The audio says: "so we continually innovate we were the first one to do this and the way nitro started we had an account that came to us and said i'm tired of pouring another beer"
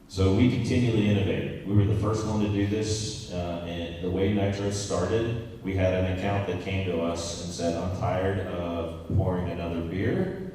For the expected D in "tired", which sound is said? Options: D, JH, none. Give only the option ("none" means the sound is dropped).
D